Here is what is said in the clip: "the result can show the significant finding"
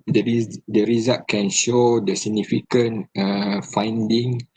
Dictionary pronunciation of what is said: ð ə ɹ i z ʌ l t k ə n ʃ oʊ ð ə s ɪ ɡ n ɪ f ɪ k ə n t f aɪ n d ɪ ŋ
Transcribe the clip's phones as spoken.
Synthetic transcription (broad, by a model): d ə ɹ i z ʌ t k ə n ʃ oʊ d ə s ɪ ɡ n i f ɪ k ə n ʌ f aɪ n d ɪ ŋ